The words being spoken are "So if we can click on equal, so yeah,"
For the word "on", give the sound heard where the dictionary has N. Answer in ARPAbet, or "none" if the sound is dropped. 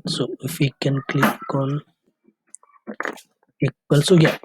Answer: L